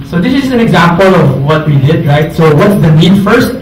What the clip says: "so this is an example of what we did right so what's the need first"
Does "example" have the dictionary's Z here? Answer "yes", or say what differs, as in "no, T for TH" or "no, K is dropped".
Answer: yes